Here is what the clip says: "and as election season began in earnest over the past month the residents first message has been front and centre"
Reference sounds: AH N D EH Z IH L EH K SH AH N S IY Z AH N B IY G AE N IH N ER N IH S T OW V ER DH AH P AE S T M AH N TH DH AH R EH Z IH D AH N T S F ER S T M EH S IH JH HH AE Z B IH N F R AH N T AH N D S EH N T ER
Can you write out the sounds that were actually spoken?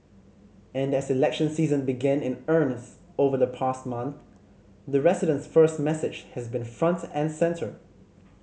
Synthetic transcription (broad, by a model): AH N D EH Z IH L EH K SH AH N S IY Z AH N B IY G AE N IH N ER N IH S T OW V ER DH AH P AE S T M AH N TH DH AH R EH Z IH D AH N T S F ER S T M EH S IH JH HH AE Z B IH N F R AH N T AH N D S EH N T ER